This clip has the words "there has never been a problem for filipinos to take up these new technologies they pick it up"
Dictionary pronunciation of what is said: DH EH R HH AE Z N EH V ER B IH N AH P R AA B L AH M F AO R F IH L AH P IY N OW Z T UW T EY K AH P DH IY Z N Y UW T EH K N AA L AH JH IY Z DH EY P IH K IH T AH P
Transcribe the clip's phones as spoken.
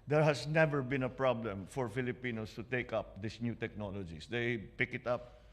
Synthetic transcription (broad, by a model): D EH R HH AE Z N EH V ER B IH N AH P R AA B L AH M F AO R F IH L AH P IY N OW S T UW T EY K AH P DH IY S N Y UW T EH K N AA L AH JH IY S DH EY P IH K IH T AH P